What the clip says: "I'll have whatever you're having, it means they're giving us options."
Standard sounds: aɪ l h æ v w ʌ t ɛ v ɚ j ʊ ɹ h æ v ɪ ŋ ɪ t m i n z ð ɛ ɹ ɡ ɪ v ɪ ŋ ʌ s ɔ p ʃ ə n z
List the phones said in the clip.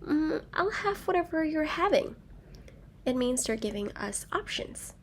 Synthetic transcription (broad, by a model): aɪ l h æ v w ʌ t ɛ v ɚ j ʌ ɹ h æ v ɪ ŋ ɪ t m i n z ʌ ɹ ɡ ɪ v ɪ ŋ ʌ s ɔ p ʃ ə n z